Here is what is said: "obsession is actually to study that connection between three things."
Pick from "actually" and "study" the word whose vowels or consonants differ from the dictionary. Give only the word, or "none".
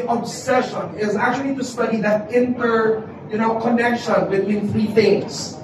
none